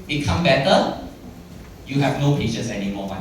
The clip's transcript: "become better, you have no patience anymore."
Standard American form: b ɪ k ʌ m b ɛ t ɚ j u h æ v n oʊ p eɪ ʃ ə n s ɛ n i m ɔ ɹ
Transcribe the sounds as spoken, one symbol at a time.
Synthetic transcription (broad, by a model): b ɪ k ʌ m b ɛ t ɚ j u h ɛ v n oʊ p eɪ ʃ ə s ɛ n i m ɔ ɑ